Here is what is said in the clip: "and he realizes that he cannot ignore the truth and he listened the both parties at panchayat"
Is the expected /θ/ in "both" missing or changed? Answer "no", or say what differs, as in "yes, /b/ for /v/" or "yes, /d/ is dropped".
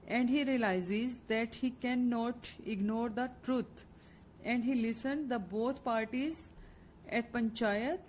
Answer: yes, /t/ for /θ/